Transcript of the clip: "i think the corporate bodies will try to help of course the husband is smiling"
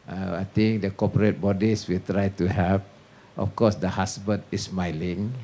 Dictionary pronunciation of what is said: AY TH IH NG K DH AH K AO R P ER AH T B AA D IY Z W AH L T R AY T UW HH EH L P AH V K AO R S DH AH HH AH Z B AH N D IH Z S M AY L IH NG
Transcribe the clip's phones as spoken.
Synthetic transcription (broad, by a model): AY T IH NG K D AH K AO P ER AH T B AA D IY S W AH L T R AY T UW HH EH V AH F K AO S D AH HH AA S B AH N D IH S M AY L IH NG